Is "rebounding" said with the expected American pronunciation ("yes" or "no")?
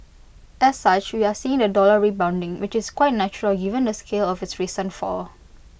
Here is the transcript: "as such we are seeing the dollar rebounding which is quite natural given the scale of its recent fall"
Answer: yes